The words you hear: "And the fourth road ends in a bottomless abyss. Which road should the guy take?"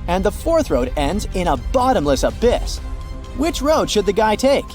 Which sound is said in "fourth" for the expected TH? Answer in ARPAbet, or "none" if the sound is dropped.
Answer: TH